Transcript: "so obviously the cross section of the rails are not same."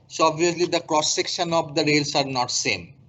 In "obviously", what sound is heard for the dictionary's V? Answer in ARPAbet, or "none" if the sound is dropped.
none